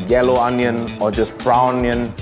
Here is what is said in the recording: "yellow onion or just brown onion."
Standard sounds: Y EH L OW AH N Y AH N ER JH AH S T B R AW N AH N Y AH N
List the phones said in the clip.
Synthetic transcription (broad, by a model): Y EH L OW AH N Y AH N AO JH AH S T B R AW AH N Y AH N